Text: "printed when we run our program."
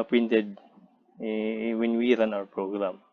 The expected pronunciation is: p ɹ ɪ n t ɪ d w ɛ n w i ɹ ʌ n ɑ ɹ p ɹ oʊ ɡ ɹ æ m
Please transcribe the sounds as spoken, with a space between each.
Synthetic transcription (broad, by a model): p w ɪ n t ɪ d w ɛ n w i ɹ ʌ n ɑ w p ɹ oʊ ɡ ɹ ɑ m